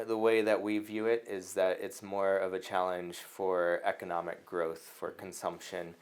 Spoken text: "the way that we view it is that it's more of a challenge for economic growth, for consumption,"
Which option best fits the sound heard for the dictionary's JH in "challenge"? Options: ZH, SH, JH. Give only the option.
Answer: ZH